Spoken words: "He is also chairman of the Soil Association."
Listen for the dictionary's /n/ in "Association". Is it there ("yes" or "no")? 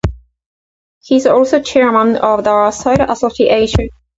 no